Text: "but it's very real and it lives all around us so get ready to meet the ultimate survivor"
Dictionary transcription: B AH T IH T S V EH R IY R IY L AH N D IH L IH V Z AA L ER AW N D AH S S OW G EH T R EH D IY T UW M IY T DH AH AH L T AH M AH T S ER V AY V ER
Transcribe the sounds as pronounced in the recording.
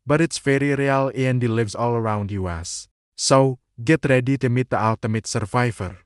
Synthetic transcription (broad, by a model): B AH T IH T S F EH R IY R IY L AH N D IH L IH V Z AA L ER AW N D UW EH S OW G EH T R EH D IY T UW M IY T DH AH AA L T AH M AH T S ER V AY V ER